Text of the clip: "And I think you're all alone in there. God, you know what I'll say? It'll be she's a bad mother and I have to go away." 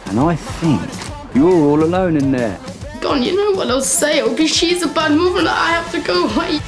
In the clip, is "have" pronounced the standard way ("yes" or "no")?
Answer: no